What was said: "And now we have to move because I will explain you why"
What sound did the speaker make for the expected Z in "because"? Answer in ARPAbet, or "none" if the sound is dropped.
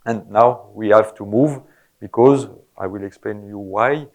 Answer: Z